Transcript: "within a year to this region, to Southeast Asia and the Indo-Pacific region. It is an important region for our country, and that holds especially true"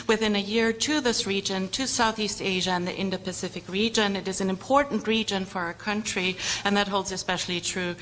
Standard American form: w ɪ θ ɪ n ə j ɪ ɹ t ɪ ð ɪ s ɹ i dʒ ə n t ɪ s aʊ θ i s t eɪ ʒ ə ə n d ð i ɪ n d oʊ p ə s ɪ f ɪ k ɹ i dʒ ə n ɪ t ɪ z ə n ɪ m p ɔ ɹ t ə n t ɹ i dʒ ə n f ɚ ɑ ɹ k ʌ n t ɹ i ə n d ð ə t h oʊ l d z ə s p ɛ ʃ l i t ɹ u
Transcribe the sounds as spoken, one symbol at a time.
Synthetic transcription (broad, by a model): w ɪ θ ɪ n ə j ɪ ɹ t ɪ ð ɪ s ɹ i dʒ ə n t ɪ s aʊ θ i s t eɪ ʒ ə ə n ð i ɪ n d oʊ p ə s ɪ f ɪ k ɹ i dʒ ə n ɪ t ɪ z n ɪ m p ɔ ɹ t n t ɹ i dʒ ə n f ɚ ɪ k ʌ n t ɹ i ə n ð ə t h oʊ l d z ə s p ɛ ʃ l i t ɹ u